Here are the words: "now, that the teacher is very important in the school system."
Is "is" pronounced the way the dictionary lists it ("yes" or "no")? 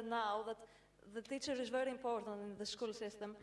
yes